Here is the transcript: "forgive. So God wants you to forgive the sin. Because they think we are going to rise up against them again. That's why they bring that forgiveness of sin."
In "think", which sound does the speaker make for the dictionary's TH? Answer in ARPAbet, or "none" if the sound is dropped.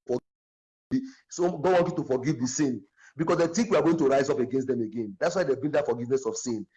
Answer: T